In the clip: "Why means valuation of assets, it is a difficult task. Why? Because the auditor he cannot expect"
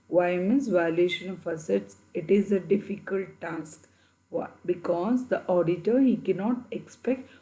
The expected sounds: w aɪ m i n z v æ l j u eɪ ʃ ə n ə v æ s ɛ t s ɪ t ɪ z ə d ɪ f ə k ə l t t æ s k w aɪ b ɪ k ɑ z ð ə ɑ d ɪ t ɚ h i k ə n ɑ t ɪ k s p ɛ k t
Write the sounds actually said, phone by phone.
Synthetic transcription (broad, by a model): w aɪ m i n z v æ j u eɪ ʃ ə n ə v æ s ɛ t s ɪ t ɪ z ə d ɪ f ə k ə l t t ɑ s k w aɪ b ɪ k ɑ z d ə ɑ d ɪ t ɚ h i k ə n ɑ t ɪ k s p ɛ k t